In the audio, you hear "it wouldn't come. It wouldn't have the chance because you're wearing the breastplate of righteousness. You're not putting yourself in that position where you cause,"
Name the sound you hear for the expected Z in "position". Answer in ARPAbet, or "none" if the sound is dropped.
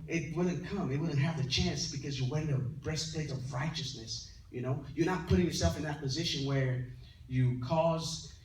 Z